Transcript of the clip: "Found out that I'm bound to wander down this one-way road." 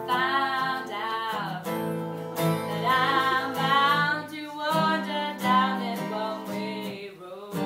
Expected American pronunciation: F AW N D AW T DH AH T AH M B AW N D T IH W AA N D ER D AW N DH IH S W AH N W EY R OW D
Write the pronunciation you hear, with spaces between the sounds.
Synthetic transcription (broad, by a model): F AW N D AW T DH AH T AH M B AW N T IH W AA D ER D AW N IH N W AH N W EY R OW